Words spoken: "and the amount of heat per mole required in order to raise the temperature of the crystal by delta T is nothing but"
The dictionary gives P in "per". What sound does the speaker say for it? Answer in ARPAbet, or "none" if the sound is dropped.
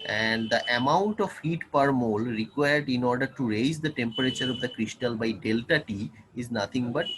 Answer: P